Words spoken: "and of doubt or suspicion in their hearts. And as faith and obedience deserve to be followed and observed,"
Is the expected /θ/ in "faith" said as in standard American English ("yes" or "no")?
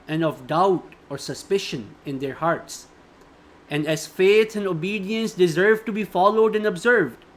no